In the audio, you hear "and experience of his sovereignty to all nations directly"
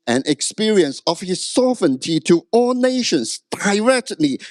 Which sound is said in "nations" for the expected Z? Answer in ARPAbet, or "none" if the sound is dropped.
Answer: S